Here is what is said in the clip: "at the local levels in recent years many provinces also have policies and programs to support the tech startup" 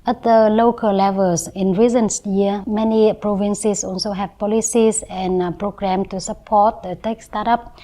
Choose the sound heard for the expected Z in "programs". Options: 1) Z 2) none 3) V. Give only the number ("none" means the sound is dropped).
2